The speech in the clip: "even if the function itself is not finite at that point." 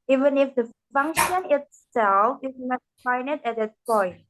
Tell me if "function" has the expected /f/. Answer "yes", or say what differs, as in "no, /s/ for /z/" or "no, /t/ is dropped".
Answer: yes